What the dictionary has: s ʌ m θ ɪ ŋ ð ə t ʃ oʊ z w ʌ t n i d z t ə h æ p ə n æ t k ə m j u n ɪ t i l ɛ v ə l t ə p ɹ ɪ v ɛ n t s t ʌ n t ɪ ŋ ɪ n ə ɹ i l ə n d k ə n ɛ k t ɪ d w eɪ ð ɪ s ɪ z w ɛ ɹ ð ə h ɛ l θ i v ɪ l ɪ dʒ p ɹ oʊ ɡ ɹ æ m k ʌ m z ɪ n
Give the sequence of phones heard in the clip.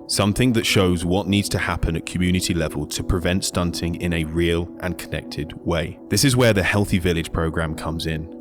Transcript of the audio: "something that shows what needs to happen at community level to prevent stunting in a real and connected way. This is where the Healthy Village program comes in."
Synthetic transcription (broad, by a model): s ʌ m θ ɪ ŋ ð ə t ʃ oʊ z w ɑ t n i d z t ə h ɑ p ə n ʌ t k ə m j u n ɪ t i l ɛ v ə l t ə p ɹ ɪ v ɛ n t s t ʌ n t ɪ ŋ ɪ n ə ɹ i l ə n k ə n ɛ k t ɪ d w eɪ ð ɪ s ɪ z w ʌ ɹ ð ə h ɛ l θ i v ɪ l ɪ dʒ p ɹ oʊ ɡ ɹ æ m k ʌ m z ɪ n